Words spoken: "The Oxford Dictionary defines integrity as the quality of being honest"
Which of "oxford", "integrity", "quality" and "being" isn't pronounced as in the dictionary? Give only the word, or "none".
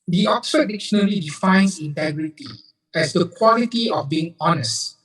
oxford